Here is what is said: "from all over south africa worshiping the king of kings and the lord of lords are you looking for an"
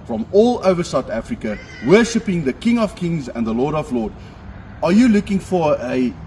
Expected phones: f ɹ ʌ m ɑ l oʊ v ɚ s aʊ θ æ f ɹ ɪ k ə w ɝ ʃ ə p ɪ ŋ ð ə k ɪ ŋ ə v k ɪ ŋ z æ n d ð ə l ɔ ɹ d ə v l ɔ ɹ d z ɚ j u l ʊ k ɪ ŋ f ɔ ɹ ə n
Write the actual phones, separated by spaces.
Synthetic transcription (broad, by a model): f ɹ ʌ m ɑ l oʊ v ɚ s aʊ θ æ f ɹ ɪ k ə w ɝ ʃ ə p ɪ ŋ ð ə k ɪ ŋ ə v k ɪ ŋ z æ n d ð ə l ɔ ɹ d ə v l ɔ d ɚ j u l ʊ k ɪ ŋ f ɔ ɹ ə